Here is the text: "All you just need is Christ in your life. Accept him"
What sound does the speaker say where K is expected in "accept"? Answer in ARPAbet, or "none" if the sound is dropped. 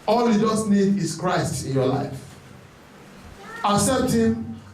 none